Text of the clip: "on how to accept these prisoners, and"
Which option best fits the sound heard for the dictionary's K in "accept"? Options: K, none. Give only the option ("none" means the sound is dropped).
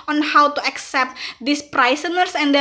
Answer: K